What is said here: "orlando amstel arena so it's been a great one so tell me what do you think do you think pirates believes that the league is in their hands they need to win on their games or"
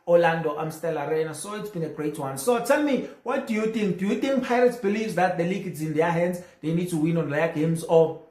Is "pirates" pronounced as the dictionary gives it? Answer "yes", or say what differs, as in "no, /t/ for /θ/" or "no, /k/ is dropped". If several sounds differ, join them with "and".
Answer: yes